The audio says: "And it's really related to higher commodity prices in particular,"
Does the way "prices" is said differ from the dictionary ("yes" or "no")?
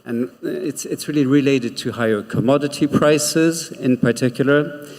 no